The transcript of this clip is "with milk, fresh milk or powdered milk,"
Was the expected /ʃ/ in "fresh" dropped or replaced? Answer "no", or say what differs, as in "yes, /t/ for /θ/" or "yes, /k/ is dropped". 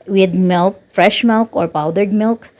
no